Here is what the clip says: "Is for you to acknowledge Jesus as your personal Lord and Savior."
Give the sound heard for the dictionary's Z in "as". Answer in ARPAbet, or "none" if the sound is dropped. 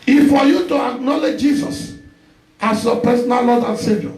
S